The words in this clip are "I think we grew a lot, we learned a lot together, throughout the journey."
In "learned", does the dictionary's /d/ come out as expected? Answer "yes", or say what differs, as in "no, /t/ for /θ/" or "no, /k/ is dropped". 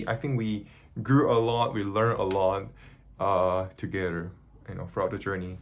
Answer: no, /d/ is dropped